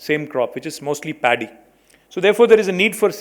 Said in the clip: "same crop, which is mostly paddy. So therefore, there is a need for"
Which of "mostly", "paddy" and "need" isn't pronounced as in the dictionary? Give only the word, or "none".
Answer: none